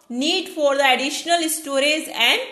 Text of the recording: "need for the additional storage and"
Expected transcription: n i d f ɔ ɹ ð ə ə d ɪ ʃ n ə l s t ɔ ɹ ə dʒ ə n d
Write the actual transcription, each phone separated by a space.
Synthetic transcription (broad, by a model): n i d f ɔ ɹ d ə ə d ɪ ʃ n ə l s t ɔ ɹ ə z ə n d